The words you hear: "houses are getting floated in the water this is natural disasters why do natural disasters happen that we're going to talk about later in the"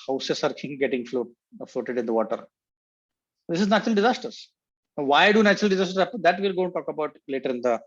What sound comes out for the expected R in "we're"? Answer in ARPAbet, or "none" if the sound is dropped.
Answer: L